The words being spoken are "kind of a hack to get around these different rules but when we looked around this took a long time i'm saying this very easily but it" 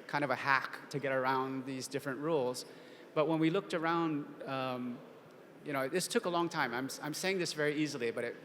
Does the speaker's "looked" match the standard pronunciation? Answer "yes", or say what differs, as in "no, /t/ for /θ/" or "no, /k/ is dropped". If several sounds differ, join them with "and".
yes